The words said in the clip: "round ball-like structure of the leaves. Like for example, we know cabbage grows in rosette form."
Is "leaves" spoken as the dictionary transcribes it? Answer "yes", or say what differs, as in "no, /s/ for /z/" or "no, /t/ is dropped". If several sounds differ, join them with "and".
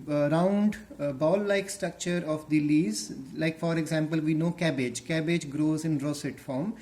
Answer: no, /v/ is dropped